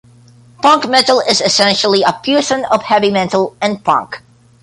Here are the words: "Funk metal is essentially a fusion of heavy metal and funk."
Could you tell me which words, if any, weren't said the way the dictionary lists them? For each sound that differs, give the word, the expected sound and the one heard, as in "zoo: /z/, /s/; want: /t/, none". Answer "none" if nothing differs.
funk: /f/, /p/; fusion: /f/, /p/; fusion: /ʒ/, /s/